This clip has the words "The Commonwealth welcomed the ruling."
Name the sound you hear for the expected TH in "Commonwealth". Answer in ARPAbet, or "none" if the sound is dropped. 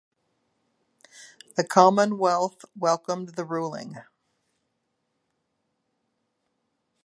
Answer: TH